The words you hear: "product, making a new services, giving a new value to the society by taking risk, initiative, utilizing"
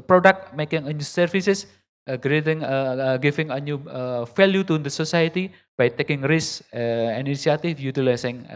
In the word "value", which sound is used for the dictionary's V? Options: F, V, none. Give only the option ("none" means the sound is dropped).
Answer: F